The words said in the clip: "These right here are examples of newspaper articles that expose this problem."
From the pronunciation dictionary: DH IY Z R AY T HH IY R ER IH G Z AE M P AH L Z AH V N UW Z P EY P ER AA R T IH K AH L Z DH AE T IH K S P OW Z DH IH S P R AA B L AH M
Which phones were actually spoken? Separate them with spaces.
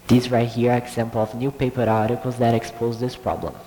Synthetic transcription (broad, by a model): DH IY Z R AY T HH IY R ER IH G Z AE M P L AH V N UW P EY P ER AA R T IH K AH L Z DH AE T IH K S P OW Z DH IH S P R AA B L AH M